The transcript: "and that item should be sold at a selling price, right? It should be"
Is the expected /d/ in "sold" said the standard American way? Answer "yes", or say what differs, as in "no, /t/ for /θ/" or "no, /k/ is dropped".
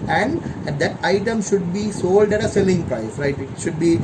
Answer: yes